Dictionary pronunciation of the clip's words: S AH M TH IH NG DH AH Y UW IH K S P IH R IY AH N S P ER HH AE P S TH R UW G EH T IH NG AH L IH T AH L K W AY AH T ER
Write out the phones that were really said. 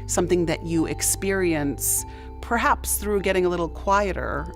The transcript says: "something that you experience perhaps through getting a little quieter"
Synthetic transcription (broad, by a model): S AH M TH IH NG DH AH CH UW IH K S P IH R IY AH N S P ER HH AE P S TH R UW G EH T IH NG AH L IH T L K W AY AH T ER